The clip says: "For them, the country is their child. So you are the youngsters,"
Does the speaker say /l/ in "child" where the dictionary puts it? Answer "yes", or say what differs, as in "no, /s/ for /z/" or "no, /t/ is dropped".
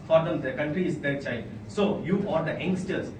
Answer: no, /l/ is dropped